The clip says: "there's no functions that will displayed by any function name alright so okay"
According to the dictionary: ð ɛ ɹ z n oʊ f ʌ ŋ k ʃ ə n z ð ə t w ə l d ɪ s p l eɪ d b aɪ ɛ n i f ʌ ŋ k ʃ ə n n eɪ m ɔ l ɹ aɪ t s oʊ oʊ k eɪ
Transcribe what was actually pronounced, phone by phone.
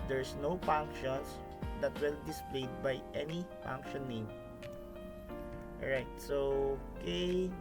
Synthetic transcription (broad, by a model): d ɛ ɹ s n oʊ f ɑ ŋ k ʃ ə n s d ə t w ə l d ɪ s p l eɪ d b aɪ ɛ n i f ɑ ŋ k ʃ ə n n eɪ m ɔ ɹ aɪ t s oʊ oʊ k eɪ